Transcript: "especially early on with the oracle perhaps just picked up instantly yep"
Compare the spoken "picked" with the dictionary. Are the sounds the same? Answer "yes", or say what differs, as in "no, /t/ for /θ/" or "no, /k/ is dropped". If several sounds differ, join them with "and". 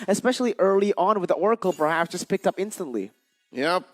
yes